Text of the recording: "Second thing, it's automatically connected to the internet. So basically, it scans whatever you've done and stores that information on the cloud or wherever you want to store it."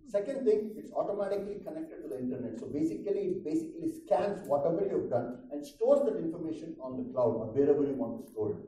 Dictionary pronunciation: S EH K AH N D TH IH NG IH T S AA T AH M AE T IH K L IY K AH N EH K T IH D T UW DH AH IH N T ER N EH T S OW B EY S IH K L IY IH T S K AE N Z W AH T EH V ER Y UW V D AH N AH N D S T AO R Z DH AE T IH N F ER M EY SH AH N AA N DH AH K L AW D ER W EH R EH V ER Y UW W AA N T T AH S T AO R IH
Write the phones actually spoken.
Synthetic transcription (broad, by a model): S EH K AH N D T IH NG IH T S AA T AH M AE T IH K L IY K AH N EH K T IH D T UW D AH IH N T ER N EH T S OW B EY S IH K L IY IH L S K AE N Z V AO T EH V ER Y UW V D AH N AH N D S T AO R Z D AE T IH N F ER M EY SH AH N AA N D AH K L AW D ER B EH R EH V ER Y UW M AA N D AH S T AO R